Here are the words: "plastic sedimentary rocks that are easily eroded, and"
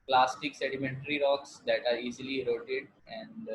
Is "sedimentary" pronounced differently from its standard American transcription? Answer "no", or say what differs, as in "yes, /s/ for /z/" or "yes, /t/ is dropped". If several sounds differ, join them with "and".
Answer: no